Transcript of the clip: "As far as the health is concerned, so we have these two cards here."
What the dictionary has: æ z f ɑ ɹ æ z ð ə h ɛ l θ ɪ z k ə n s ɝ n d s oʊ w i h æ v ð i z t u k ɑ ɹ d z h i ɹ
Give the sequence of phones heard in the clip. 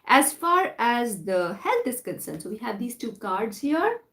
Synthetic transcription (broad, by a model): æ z f ɑ ɹ æ z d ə h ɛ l t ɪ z k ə n s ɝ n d s oʊ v i h æ v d i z t u k ɑ ɹ d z h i ɹ